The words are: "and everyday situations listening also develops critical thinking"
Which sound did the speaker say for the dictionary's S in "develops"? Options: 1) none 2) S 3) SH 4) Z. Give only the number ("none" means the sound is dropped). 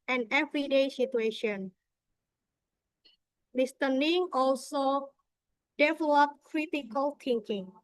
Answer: 1